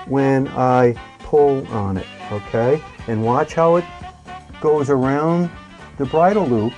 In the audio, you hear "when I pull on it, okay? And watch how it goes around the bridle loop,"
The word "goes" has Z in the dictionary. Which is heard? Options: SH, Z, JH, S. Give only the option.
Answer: Z